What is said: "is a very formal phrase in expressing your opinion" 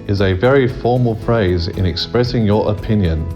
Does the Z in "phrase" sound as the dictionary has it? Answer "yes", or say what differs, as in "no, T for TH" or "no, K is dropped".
yes